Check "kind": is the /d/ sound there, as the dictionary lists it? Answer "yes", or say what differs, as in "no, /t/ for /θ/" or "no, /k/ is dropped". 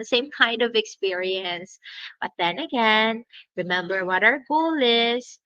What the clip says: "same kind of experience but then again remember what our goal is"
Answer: yes